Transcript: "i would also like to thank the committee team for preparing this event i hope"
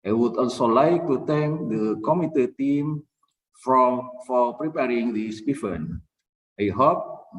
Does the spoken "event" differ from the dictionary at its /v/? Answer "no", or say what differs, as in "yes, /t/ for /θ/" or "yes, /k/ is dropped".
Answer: yes, /f/ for /v/